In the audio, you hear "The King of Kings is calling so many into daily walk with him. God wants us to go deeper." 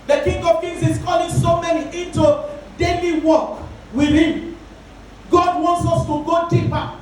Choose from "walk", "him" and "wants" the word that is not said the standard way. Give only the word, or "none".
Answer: none